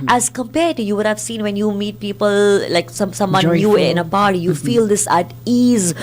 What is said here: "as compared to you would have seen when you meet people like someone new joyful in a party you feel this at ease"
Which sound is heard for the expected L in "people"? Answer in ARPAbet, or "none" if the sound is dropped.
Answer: L